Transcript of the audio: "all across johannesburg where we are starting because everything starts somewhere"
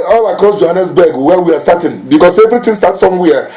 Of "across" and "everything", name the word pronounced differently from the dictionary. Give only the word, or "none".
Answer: everything